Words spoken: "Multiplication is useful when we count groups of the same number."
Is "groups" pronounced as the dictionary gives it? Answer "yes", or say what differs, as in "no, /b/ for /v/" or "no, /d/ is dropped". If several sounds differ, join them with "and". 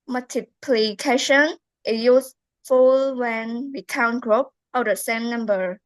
no, /s/ is dropped